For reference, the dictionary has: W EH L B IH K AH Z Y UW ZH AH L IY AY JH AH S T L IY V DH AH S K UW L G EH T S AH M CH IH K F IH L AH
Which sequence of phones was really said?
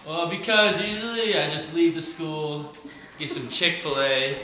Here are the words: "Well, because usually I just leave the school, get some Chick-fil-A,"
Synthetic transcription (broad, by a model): W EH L B IH K AH Z Y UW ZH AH L IY AY JH AH S T L IY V DH AH S K UW L G EH T S AH M CH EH K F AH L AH